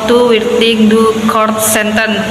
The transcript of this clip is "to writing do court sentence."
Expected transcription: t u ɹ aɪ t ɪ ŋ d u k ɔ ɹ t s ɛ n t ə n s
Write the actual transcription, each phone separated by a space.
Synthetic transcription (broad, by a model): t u w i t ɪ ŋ d u k ɔ ɹ t s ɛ n t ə n